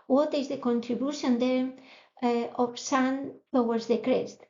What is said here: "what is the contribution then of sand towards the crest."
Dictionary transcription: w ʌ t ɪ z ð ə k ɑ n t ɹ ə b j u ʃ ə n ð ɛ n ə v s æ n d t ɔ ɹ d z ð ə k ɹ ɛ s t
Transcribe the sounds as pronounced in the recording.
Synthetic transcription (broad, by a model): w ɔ t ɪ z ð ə k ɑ n t ɹ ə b j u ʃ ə n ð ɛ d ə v s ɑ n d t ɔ w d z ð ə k ɹ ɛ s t